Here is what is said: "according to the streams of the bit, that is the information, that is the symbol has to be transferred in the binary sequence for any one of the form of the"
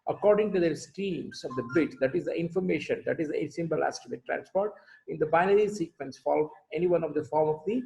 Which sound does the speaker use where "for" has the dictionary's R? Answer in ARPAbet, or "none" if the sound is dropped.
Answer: L